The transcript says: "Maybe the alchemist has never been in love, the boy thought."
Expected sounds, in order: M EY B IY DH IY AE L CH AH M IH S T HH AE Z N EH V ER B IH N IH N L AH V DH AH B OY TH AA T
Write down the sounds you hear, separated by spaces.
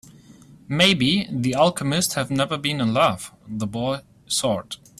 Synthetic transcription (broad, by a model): M EY B IY DH IY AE L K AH M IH S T HH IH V N EH V ER B IH N IH N L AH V DH AH B OY S AA T